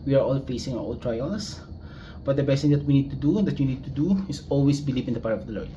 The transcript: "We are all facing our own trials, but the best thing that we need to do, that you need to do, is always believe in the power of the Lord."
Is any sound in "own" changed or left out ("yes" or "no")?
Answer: yes